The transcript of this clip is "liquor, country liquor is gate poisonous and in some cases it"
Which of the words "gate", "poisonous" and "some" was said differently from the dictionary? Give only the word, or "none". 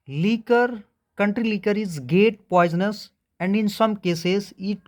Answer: none